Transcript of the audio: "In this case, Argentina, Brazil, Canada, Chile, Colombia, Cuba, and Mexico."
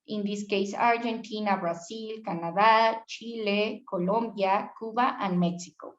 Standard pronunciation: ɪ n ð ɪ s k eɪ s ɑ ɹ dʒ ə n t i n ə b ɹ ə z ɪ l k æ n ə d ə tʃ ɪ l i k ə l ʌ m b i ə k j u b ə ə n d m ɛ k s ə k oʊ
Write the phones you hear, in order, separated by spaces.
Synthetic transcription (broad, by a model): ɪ n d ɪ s k eɪ s ɑ ɹ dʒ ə n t i n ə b ɹ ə s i l k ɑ n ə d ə tʃ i l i k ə l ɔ m b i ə k u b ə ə n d m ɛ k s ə k oʊ